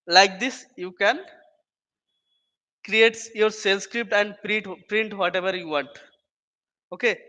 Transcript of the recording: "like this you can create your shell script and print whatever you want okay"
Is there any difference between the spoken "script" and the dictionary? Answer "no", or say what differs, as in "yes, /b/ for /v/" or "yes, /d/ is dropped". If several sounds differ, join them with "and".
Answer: no